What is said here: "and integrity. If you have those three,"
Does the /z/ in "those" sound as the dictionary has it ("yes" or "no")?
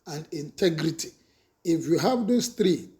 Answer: no